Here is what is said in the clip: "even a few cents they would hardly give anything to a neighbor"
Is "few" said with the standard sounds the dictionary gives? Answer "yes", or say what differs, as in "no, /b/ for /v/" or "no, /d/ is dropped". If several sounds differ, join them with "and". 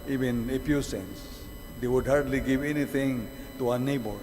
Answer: no, /p/ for /f/